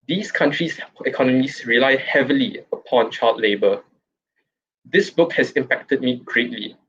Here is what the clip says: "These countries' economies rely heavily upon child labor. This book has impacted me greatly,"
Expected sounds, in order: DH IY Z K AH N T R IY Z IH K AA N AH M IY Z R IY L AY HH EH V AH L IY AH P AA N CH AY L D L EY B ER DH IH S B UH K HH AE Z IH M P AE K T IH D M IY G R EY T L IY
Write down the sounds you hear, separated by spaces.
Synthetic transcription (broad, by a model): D IY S K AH N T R IY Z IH K AA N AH M IY S R IY L AY HH EH V AH L IY AH P AA N CH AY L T L EY B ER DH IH S B UH K HH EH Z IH M P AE K T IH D M IY G R EY T L IY